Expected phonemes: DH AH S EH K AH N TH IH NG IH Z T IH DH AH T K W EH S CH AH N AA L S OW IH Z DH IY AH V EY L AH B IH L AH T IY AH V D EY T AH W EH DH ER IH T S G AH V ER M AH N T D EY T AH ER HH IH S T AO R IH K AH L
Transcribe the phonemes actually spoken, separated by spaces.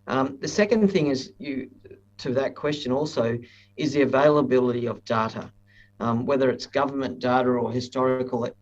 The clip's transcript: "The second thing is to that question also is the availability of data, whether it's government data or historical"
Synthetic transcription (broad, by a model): DH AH S EH K AH N TH IH NG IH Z T IH DH AH T K W EH S CH AH N AA L S OW IH Z DH IY AH V EY L AH B IH L AH T IY AH V D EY T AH W EH DH ER IH T S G AH V ER M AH N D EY T AH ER HH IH S T AO R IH K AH L